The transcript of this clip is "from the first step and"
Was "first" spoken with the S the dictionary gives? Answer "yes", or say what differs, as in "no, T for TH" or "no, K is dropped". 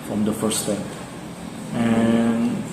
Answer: no, S is dropped